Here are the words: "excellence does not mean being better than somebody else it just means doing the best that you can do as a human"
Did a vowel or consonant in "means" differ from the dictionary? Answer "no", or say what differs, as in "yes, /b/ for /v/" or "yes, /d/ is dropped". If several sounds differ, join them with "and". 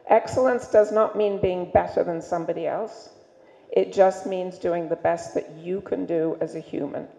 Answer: no